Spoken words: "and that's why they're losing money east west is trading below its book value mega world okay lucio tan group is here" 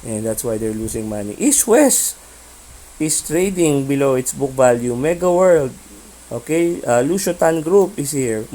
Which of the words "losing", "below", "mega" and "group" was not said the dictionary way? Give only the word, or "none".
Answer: losing